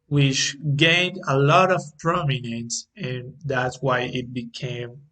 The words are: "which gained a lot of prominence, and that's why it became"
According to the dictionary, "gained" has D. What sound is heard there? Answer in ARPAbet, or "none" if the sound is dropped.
D